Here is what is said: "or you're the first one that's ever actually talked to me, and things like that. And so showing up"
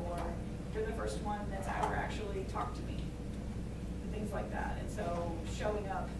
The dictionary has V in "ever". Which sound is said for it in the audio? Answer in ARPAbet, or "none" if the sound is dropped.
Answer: W